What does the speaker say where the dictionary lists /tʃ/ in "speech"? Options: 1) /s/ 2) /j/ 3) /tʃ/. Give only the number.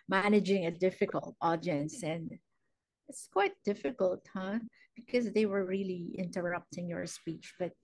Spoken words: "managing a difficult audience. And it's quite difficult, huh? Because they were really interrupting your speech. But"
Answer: 3